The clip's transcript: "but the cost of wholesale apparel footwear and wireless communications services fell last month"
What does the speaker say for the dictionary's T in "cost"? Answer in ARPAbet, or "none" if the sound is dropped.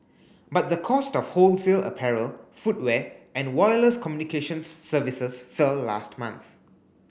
T